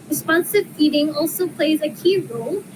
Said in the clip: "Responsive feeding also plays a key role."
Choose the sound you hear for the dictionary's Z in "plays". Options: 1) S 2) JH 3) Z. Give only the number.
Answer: 3